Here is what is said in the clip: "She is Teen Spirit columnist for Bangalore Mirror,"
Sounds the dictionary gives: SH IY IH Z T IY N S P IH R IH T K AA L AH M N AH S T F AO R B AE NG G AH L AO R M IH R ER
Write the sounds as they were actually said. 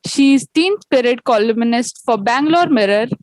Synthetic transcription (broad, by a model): SH IY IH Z T IY N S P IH R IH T K AA L AH M N AH S T F AO R B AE NG G L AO R M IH R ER